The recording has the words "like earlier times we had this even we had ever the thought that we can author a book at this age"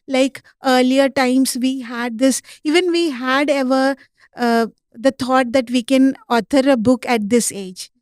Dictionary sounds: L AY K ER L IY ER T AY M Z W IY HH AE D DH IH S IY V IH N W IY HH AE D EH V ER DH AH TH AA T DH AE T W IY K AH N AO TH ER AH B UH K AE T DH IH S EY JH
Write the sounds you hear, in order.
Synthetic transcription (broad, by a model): L AY K ER L IY ER T AY M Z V IY HH AE D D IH S IY V IH N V IY HH AE D EH V ER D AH T AA T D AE T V IY K AH N AO T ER AH B UH K AE T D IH S EY JH